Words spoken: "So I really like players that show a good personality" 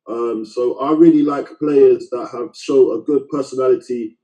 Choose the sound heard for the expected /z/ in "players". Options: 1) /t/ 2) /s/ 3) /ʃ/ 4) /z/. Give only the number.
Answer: 4